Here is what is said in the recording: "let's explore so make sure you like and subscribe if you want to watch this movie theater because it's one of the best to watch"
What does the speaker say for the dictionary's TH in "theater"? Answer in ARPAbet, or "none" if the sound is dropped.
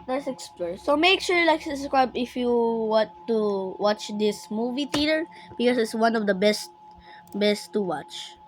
T